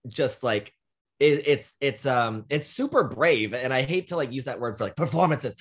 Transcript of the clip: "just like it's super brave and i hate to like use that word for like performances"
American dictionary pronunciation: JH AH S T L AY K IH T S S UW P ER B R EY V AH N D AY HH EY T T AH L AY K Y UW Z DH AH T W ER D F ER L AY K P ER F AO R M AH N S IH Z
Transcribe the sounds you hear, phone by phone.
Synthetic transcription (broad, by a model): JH AH S T L AY K IH T S S UW P ER B R EY V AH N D AY HH EY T T AH L AY K Y UW Z DH AH T W ER D F ER L AY K P ER F AO R M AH N S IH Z